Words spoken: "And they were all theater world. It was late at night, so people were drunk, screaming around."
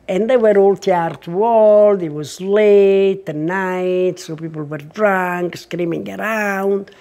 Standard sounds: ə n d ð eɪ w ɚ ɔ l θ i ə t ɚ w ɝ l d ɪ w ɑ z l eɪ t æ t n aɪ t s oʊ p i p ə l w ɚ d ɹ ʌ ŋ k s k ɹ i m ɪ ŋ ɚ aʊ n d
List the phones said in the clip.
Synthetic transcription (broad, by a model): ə n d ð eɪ w ɚ ɔ l t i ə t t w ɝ l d ɪ w ɑ z l eɪ t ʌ n aɪ t s oʊ p i p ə l w ɚ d ɹ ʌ ŋ k s k ɹ i m ɪ ŋ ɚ aʊ n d